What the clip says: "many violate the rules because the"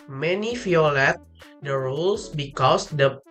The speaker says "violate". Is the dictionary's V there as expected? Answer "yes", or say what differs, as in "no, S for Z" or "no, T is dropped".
no, F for V